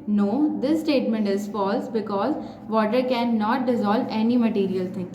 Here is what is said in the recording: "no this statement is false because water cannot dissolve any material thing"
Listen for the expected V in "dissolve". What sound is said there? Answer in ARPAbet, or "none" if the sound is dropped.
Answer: V